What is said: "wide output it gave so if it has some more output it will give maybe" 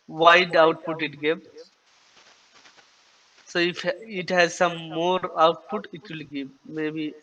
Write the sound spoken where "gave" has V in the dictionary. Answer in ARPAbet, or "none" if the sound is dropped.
P